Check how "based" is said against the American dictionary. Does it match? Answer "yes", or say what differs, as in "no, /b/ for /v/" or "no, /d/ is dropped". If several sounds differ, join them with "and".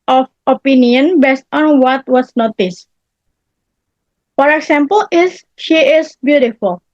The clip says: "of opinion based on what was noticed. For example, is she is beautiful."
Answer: yes